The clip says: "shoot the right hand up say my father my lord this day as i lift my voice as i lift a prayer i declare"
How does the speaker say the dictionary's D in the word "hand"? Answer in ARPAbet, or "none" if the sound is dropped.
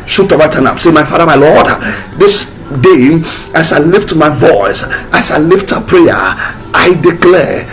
none